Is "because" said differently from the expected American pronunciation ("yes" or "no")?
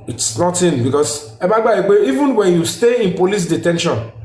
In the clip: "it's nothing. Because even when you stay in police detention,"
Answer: yes